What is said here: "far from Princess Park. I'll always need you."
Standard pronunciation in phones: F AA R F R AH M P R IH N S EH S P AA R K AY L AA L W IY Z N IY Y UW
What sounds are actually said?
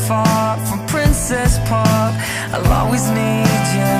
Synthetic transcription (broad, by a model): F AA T F R AH M P R IH N S EH S P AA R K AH L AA W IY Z N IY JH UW